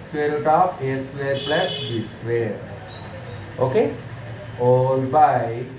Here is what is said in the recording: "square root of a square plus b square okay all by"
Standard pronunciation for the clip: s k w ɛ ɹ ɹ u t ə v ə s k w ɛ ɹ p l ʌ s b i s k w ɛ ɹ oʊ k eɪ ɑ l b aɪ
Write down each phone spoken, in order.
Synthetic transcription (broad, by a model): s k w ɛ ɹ ɹ t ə p ə s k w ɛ ɹ p l ʌ s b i s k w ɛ ɹ oʊ k eɪ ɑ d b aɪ